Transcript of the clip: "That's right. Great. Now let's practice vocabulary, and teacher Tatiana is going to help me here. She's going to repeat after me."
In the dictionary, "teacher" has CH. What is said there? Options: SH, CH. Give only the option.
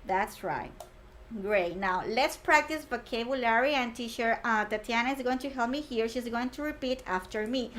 SH